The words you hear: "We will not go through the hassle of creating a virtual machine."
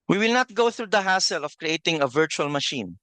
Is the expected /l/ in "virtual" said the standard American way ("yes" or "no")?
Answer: yes